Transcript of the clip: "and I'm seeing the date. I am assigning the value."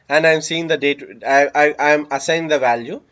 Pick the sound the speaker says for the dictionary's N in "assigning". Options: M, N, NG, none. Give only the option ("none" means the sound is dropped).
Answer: none